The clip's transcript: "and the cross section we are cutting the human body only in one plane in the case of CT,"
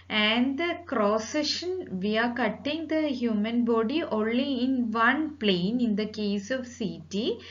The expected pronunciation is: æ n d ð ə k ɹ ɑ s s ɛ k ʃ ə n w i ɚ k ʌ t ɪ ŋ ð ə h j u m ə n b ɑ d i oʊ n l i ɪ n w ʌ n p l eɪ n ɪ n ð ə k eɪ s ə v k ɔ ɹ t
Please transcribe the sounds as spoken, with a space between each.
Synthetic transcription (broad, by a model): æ n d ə k ɹ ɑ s s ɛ ʃ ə n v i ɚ k ʌ t ɪ ŋ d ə h j u m ə n b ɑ d i oʊ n l i ɪ n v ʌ n p l eɪ n ɪ n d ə k eɪ s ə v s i t